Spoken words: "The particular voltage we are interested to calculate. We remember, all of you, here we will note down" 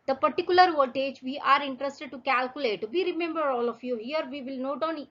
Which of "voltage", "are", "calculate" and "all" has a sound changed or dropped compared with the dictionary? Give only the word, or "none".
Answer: voltage